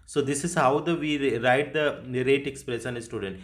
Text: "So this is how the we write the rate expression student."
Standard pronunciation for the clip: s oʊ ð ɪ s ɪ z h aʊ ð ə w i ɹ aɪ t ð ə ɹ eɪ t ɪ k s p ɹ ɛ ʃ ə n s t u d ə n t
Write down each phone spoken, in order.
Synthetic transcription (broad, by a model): s oʊ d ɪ s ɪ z h aʊ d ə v i ɹ aɪ t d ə ɹ eɪ t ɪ k s p ɹ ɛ s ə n s t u d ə n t